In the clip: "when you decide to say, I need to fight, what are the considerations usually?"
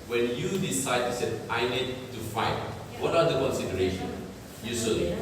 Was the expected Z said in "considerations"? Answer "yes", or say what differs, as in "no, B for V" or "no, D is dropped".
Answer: no, Z is dropped